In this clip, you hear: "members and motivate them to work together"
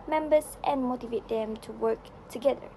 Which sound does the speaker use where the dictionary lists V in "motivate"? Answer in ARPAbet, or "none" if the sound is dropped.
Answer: V